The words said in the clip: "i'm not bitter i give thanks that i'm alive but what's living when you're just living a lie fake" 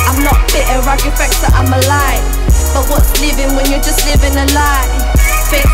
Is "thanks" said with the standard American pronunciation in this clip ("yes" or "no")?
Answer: no